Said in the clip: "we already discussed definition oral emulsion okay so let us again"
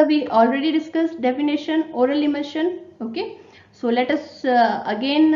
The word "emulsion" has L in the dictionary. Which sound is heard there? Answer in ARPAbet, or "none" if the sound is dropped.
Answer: none